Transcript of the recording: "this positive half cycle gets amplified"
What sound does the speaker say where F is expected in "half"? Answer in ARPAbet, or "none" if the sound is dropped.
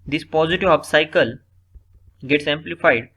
P